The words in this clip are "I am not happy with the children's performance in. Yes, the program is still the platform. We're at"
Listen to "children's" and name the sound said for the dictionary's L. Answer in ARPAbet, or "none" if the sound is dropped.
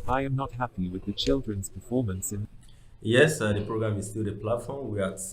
L